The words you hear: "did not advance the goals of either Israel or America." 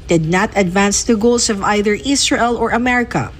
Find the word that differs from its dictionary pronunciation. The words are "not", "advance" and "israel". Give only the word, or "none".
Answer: israel